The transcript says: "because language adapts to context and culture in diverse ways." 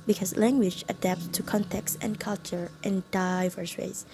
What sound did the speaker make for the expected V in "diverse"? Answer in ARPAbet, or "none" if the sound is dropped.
V